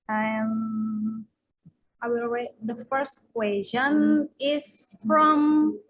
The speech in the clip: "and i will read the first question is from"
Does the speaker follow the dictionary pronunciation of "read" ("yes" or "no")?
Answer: no